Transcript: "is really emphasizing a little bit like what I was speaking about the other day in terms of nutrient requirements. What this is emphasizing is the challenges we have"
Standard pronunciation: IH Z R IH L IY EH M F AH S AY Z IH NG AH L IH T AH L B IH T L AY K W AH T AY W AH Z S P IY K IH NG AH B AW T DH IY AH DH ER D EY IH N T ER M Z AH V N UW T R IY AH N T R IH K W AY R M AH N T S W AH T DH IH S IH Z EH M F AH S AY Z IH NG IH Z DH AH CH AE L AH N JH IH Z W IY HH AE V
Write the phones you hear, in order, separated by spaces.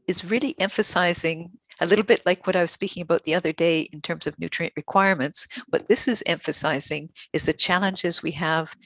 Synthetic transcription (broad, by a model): IH Z R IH L IY EH M F AH S AY Z IH NG AH L IH T L B IH T L AY K W AH T AY W AH Z S P IY K IH NG AH B AW T DH IY AH DH ER D EY IH N T ER M Z AH V N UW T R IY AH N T R IH K W AY R M AH N T S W AH T DH IH S IH Z EH M F AH S AY Z IH NG IH Z DH AH CH AE L AH N JH IH Z W IY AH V